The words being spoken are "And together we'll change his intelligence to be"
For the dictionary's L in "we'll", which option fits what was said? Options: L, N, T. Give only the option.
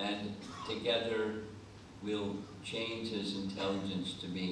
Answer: L